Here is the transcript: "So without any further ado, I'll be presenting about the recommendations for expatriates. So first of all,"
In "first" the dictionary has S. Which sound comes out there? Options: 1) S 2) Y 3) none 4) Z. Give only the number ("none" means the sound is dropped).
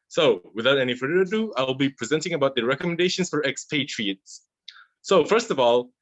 1